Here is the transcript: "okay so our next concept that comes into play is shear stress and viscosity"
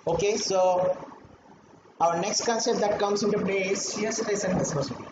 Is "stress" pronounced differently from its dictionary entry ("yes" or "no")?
yes